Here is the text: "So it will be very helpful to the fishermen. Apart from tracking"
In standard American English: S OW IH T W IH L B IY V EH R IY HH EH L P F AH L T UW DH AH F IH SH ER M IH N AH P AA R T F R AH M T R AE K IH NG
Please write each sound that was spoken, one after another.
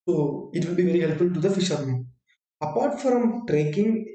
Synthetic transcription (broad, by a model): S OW IH T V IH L B IY V EH R IY HH EH L P F AH L T UW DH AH F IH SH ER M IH AH P AA R T F R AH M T R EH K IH NG